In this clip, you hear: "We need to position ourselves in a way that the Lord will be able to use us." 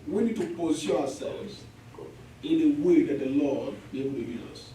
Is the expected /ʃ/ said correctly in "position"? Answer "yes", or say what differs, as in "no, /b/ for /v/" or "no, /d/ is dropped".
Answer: no, /ʃ/ is dropped